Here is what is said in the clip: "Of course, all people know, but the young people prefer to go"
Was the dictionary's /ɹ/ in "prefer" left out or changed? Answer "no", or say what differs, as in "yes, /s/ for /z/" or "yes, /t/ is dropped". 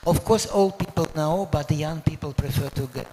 no